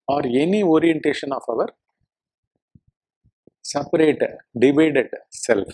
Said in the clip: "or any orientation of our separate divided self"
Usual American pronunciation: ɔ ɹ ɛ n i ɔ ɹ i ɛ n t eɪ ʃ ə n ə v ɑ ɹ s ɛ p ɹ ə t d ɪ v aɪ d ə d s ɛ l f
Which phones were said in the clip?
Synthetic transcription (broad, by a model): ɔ ɹ ɛ n i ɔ ɹ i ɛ n t eɪ ʃ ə n ə v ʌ ɹ s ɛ p ɹ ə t d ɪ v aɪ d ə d s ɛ l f